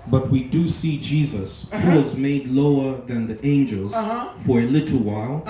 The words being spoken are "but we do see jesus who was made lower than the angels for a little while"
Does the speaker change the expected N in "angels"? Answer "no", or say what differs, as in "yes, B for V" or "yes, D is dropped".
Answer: no